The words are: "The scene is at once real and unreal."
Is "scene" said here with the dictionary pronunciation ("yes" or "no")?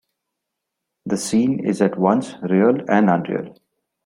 yes